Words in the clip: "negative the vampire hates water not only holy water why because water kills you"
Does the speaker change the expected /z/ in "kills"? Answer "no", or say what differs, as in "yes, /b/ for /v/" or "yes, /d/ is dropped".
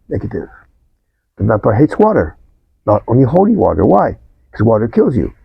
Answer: no